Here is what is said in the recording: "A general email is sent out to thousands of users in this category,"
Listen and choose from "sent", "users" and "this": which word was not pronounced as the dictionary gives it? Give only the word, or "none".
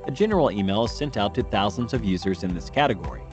none